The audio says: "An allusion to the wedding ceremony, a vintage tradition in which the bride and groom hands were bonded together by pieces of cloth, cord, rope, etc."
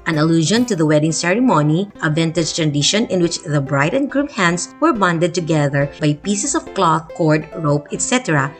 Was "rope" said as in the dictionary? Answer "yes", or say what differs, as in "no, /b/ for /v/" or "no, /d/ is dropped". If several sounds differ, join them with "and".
yes